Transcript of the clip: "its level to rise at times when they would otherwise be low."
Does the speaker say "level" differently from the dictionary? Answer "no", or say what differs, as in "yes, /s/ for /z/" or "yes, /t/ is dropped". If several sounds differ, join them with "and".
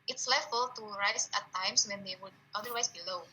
yes, /f/ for /v/